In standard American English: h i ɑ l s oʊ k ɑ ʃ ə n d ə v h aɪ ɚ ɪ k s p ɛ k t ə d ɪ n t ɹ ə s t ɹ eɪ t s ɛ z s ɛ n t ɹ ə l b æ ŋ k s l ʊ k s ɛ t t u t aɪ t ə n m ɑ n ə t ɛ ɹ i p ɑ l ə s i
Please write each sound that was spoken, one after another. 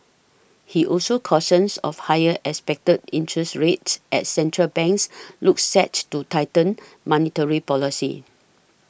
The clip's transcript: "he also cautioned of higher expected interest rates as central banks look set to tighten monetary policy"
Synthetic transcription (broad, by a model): h i ɑ l s oʊ k ɑ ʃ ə n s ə f h aɪ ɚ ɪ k s p ɛ k t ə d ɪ n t ɹ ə s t ɹ eɪ t s ɛ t s ɛ n t ɹ ə l b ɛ ŋ k s l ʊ k s ɛ t t u t aɪ t ə n m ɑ n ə t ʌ ɹ i p ɑ l ə s i